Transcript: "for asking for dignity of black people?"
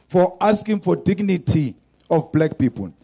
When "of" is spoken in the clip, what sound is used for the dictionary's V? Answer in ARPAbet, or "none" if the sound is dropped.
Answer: F